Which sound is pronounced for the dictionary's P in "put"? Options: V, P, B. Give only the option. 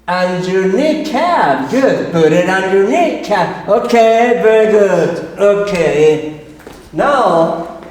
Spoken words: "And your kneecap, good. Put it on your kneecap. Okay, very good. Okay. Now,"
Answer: B